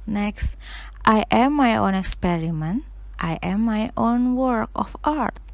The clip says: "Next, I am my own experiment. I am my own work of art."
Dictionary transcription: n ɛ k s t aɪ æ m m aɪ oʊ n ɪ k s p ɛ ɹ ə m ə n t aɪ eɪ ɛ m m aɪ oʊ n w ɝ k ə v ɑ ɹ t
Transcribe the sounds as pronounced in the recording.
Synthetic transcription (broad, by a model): n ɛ k s t aɪ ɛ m m aɪ oʊ n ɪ k s p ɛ ɹ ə m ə n t aɪ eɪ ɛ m m aɪ oʊ n w ɝ k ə f ɑ ɹ t